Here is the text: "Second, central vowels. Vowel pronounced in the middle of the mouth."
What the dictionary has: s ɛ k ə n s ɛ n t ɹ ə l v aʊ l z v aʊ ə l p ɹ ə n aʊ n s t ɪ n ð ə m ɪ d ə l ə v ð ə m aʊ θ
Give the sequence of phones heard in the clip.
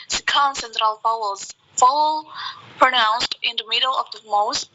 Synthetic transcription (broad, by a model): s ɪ k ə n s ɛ n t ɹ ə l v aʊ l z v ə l p ɹ ə n aʊ n s t ɪ n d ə m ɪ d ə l ə v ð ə m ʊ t